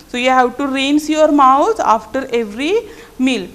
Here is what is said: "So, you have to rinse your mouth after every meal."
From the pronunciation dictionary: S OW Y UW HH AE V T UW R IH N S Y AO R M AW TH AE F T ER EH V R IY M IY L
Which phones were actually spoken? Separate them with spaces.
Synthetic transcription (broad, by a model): S OW Y UW HH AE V T UW R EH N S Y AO R M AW T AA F T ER EH V R IY M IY L